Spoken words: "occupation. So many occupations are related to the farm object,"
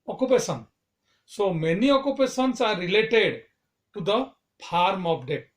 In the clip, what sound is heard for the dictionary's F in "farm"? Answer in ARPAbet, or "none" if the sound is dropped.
P